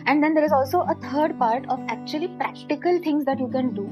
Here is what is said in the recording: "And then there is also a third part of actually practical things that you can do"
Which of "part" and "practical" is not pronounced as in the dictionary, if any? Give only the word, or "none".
none